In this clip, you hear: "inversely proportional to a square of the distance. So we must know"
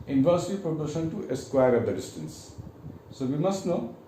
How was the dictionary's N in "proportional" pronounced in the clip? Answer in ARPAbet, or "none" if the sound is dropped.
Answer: none